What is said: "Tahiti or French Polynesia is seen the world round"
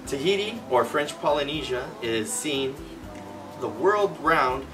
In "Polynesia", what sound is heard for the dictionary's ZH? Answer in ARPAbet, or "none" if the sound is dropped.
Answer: ZH